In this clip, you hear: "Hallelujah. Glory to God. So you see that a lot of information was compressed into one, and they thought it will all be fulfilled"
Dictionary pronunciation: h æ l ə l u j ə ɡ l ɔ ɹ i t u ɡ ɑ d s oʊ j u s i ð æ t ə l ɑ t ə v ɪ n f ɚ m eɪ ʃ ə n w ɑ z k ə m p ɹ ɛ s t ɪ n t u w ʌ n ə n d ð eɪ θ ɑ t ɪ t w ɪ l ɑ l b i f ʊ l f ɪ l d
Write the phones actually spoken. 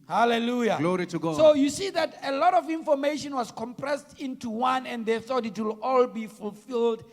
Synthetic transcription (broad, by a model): h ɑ l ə l u j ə ɡ l ɔ ɹ i t u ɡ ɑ s oʊ j u s i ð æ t ə l ɑ t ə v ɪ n f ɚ m eɪ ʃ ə n w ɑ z k ə m p ɹ ɛ s t ɪ n t u w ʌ n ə n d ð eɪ θ ɑ t ɪ t w ɪ l ɑ l b i f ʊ l f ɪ l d